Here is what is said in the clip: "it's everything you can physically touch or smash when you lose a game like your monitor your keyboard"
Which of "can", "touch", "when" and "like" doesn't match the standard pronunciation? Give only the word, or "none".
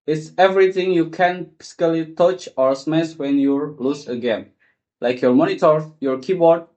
none